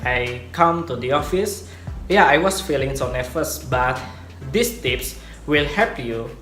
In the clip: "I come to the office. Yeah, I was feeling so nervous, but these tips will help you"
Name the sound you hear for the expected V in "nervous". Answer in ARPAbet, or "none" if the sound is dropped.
F